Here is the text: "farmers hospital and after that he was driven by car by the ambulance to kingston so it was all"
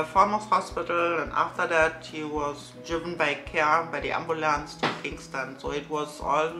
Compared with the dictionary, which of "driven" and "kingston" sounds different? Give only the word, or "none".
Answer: none